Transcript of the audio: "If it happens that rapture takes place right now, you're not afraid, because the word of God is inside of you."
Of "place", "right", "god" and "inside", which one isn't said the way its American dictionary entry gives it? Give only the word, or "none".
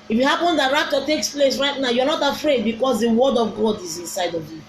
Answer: none